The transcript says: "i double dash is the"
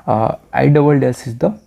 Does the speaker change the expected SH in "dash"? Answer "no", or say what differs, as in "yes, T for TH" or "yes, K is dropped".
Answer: yes, S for SH